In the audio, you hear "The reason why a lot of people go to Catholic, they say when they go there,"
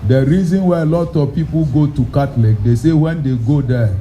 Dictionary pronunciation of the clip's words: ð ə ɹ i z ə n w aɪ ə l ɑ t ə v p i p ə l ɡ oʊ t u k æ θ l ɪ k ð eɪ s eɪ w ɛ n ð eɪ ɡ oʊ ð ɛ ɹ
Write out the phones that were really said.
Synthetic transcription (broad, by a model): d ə ɹ i z ə n w aɪ ə l ɑ t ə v p i p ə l ɡ oʊ t u k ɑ t l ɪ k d eɪ s eɪ w ɛ n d eɪ ɡ oʊ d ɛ